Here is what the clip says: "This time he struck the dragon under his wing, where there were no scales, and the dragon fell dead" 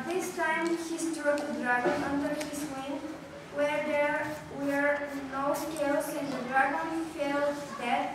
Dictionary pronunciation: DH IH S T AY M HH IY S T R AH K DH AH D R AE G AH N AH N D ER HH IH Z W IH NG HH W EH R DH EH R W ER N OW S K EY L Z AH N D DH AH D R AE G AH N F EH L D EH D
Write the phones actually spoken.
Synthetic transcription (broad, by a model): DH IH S T AY M HH IY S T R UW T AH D R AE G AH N AH N D ER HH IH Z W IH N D W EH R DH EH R W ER N OW S K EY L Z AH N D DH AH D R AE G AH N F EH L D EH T